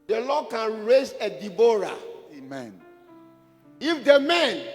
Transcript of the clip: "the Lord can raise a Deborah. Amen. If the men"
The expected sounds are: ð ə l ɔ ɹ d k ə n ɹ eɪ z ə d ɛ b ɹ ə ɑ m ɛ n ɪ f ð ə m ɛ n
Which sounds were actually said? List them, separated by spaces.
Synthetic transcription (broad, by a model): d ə l ɔ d k ə n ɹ eɪ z ə d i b ɹ ɑ m ɛ n ɪ f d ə m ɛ n